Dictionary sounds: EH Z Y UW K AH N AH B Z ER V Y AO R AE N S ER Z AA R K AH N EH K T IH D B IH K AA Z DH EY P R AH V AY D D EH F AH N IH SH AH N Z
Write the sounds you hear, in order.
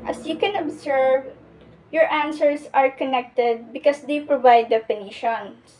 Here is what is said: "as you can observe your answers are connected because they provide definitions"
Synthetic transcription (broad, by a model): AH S Y UW K AH N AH B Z ER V Y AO R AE N S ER S AA R K AH N EH K T IH D B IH K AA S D EY P R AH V AY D D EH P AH N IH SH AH N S